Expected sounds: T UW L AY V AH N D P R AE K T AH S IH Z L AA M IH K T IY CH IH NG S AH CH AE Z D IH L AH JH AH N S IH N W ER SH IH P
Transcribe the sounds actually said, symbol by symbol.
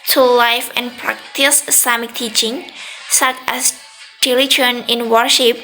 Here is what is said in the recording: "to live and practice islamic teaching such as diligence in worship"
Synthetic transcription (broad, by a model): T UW L AY F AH N P R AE K T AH S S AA M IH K T IY CH IH NG S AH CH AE S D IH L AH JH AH N IH N W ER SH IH P